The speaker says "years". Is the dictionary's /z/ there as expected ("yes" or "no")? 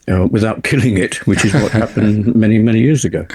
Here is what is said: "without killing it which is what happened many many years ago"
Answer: yes